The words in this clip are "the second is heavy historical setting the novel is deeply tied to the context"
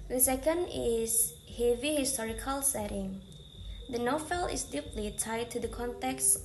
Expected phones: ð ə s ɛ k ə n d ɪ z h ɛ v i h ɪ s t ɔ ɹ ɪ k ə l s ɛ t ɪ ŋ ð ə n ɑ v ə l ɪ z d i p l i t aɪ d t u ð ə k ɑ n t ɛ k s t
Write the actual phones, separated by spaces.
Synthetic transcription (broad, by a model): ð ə s ɛ k ə n d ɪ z h ɛ v i h ɪ s t ɔ ɹ ɪ k ə l s ɛ t ɪ ŋ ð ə n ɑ f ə l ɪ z d i p l i t aɪ d t u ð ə k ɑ n t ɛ k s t